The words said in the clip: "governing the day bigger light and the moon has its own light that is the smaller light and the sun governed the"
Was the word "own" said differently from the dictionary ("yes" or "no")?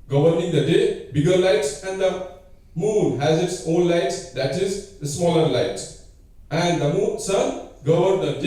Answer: yes